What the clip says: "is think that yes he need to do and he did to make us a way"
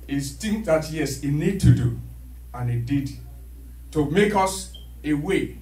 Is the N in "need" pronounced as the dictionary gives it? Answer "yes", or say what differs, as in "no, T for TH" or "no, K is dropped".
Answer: yes